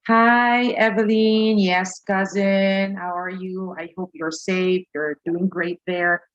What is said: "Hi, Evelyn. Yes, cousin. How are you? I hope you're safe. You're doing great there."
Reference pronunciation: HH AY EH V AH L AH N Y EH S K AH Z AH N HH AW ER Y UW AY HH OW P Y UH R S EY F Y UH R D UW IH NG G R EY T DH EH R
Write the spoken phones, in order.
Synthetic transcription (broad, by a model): HH AY EH V AH L AH N Y EH S K AH Z AH N HH AW ER Y UW AY HH OW P Y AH R S EY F Y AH R D UW IH NG G R EY T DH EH R